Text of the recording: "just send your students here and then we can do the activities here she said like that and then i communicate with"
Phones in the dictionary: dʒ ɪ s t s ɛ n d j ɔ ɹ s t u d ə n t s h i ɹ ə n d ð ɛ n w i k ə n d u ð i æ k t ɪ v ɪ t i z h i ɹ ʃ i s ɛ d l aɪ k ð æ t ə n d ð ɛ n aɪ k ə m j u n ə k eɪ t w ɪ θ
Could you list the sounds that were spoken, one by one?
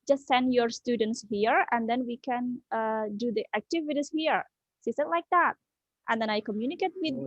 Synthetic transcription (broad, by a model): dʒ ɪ s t s ɛ n d j ɔ ɹ s t u d ə n t s h i ɹ ə n d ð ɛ n w i k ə n d u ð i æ k t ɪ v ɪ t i s h i ɹ s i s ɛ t l aɪ k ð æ t ə n d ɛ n aɪ k ə m j u n ə k eɪ t w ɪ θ